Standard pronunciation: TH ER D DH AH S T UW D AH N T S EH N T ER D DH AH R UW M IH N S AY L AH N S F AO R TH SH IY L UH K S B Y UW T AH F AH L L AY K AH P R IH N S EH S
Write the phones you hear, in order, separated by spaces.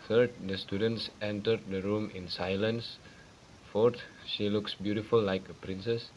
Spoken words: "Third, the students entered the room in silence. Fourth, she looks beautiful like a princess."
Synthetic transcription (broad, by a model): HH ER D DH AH S T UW D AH N T S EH N T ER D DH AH R UW M IH N S AY L AH N S F AO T SH IY L UH K S B Y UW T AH F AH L L AY K AH P R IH N S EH S